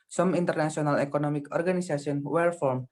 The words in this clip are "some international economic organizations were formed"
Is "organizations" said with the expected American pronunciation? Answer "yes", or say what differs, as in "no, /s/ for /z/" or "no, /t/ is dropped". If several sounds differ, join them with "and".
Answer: no, /s/ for /z/ and /s/ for /ʃ/ and /z/ is dropped